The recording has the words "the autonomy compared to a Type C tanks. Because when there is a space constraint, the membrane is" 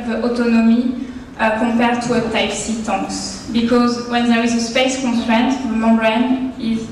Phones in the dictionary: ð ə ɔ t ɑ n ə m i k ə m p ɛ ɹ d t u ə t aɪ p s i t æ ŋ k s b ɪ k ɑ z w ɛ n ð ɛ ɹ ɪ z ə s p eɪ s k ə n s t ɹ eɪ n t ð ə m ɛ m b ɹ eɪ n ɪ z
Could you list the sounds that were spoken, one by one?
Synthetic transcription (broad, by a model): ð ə ɔ t ɑ n ə m i k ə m p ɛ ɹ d t u ə t aɪ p s i t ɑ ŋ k s b ɪ k ɑ z w ɛ n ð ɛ ɹ ɪ z ə s p eɪ s k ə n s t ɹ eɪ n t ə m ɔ b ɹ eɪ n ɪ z